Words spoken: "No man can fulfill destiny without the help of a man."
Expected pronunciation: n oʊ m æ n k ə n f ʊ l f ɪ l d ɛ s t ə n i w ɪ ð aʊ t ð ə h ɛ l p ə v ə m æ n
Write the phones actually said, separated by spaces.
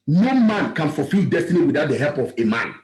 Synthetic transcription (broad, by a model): n oʊ m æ n k ə n f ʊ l f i l d ɛ s t ə n i w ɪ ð aʊ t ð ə h ɛ l p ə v ə m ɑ n